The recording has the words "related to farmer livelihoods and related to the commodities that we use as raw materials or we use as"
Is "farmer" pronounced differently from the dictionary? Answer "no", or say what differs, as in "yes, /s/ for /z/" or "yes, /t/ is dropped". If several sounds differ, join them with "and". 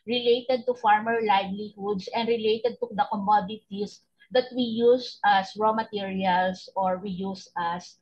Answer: no